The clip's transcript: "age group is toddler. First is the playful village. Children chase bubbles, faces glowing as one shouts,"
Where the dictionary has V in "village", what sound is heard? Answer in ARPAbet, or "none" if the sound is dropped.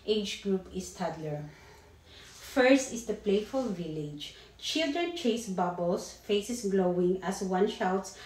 V